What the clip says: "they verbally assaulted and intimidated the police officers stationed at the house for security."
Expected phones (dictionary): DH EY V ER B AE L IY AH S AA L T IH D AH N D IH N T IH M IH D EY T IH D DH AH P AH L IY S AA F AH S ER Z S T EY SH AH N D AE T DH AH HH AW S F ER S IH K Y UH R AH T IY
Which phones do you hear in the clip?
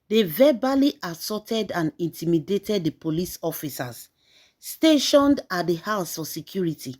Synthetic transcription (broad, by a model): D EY V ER B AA L IY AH S AA T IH D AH N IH N T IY M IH D EY T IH D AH P AH L IY S AA F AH S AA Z S T EY SH AH N D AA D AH HH AW S F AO S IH K Y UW R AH T IY